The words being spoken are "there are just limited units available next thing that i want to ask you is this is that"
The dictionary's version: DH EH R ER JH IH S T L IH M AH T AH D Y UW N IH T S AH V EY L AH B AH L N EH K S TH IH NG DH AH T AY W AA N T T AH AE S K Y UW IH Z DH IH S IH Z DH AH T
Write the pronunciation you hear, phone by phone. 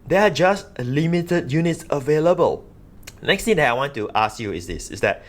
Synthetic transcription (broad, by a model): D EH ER JH IH S T L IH M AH T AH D Y UW N IH T S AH V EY L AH B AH L N EH K S T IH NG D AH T AY W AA N T T AH S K Y UW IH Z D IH S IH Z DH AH T